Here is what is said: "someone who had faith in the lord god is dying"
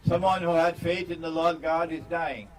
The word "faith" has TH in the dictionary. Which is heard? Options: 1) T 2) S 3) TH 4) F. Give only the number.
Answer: 3